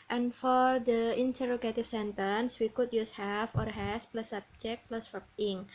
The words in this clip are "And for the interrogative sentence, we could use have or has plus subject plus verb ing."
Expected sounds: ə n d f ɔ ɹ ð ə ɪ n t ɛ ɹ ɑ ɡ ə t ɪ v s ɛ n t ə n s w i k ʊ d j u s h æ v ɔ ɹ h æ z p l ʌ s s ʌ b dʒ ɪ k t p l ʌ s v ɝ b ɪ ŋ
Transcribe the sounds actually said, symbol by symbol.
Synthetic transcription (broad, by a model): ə n f ɔ ɹ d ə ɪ n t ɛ ɹ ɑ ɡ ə t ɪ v s ɛ n t ə n s w i k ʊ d j u s h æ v ɔ ɹ h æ s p l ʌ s s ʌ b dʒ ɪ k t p l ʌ s f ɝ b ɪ ŋ